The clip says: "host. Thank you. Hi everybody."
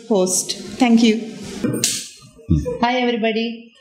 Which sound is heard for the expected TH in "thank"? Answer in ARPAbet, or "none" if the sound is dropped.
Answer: T